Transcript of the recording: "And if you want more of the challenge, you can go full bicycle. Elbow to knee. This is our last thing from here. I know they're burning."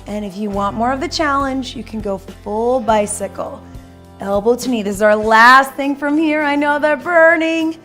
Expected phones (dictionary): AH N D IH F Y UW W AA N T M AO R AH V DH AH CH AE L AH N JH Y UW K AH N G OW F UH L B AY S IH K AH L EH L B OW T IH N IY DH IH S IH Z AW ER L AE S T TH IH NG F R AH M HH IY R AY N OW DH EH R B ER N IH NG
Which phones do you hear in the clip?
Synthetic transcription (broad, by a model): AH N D IH F Y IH W AA N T M AO R AH V DH AH CH AE L AH N JH Y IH K N G OW F UH L B AY S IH K L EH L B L T IH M IY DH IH IH Z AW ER L AE S T TH IH NG F R AH M HH IY R AY N OW DH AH R B ER N IH NG